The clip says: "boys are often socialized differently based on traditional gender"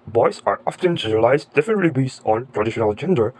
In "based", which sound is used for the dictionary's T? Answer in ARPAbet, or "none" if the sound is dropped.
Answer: none